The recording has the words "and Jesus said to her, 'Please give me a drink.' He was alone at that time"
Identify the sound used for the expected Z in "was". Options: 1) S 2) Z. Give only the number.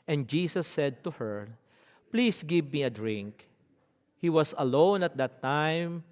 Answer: 1